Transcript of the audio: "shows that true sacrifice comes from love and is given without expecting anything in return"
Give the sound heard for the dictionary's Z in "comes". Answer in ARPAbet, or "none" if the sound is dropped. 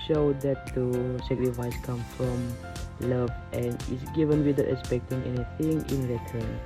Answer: none